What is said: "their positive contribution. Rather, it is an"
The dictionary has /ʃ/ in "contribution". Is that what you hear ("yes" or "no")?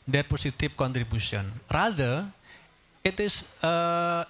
no